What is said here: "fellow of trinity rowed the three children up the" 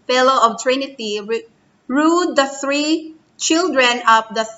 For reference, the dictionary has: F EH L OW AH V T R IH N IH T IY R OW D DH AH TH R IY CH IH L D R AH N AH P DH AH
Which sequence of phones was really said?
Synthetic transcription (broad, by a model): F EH L OW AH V T R IH N IH T IY R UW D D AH TH R IY CH IH L D R AH N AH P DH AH